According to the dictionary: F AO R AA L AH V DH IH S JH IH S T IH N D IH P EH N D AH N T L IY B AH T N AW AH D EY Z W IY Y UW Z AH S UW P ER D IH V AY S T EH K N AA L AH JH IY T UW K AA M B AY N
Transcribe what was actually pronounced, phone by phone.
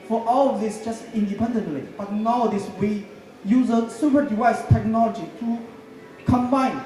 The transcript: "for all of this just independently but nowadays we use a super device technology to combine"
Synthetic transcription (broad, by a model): F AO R AA L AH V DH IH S JH IH S T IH N D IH P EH N D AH N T L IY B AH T N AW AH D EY S W IY Y UW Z AH S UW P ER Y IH EH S T EH K N AA L AH JH IY T UW K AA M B AY N